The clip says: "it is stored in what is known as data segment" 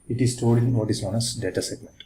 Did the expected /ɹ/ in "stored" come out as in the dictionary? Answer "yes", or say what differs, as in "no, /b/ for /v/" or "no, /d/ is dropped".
no, /l/ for /ɹ/